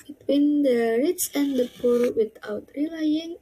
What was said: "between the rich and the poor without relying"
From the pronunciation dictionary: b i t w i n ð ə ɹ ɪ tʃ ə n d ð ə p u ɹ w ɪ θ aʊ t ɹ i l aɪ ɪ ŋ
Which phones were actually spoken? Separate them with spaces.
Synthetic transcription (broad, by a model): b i t w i n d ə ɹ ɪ s ə n d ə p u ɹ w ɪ t aʊ t ɹ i l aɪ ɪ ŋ